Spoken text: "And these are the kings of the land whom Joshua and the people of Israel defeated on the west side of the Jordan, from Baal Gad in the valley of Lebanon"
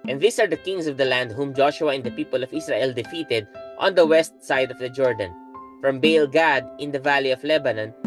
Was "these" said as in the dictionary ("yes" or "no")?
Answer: no